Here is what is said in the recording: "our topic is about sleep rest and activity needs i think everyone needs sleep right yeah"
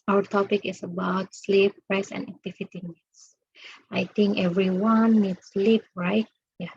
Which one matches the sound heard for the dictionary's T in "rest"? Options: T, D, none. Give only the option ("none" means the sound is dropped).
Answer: none